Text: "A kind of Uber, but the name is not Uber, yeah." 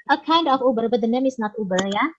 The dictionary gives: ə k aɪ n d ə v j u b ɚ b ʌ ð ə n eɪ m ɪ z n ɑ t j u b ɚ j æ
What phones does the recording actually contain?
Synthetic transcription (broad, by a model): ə k aɪ n d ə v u b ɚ b ʌ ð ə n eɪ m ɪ s n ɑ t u b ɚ j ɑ